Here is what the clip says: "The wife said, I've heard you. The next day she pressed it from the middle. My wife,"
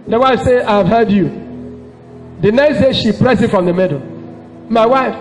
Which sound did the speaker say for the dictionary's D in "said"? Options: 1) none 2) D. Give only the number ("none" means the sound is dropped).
1